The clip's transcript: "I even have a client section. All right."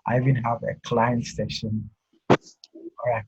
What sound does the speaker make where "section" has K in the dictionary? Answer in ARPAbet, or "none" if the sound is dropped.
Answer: none